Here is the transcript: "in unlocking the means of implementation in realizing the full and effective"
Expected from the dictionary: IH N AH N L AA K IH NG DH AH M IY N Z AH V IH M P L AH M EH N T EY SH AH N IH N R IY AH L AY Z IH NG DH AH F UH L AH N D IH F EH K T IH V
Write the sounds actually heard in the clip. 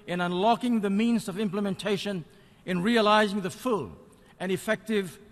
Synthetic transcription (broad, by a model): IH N AH N L AA K IH NG DH AH M IY N Z AH V IH M P L AH M EH N T EY SH AH N IH N R IY AH L AY Z IH NG DH AH F UH L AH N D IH F EH K T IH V